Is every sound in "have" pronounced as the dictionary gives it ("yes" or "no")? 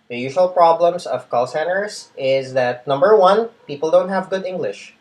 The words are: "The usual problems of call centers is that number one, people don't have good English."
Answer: yes